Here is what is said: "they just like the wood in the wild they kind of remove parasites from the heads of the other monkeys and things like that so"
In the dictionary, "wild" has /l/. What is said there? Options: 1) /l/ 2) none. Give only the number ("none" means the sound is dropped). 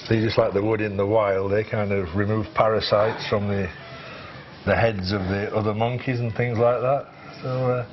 1